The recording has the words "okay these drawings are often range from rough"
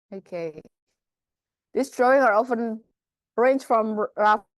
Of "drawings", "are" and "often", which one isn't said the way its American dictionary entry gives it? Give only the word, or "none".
drawings